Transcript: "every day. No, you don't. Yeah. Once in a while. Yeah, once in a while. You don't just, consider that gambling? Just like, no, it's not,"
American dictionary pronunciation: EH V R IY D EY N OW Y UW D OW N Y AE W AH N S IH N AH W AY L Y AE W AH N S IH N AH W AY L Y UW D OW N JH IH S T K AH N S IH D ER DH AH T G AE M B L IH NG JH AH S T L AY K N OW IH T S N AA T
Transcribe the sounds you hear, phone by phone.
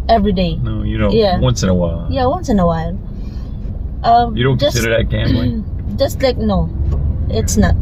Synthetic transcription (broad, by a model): EH V R IY D EY N OW Y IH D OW Y AE W AH N S IH N AH W AY L Y AE W AH N S IH N AH W AY L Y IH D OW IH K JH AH S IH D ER DH AH T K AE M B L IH JH AH S T L AY K N OW IH T S N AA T